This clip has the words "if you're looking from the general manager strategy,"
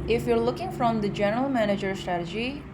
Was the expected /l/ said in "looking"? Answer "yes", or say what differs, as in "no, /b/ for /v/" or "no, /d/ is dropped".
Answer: yes